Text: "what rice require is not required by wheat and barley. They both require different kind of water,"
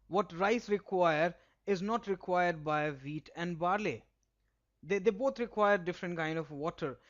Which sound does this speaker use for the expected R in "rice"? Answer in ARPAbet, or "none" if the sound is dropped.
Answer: R